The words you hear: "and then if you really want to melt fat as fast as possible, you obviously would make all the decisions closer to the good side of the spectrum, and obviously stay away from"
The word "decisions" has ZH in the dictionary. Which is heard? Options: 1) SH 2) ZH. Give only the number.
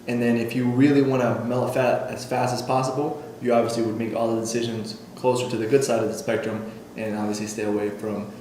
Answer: 2